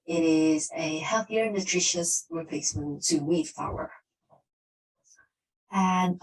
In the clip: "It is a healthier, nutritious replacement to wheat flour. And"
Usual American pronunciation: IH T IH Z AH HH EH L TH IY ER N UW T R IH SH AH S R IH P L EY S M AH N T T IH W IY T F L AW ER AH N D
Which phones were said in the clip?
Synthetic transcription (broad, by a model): IH T IH Z AH HH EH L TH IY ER N UW T R IH SH AH S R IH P EY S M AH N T T IH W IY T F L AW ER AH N